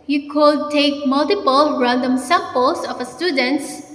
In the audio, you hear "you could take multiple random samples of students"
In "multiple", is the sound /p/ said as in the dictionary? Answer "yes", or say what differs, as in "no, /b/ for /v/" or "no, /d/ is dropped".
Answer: yes